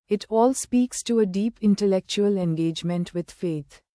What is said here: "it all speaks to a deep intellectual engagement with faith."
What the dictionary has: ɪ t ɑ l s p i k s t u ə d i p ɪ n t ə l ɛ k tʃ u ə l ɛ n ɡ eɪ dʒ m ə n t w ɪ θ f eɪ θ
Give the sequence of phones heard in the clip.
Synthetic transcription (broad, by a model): ɪ t ɑ l s p i k s t u ə d i p ɪ n t ə l ɛ k tʃ u ə l ɛ n ɡ eɪ dʒ m ə n t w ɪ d f eɪ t